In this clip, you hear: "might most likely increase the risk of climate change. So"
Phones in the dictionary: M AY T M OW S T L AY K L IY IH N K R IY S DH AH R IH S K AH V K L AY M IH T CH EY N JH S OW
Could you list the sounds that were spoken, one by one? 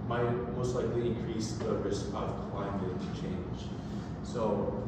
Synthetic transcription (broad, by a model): M AY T M OW S T L AY K L IY IH N K R IY S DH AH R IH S AH V K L AY M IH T CH EY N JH S OW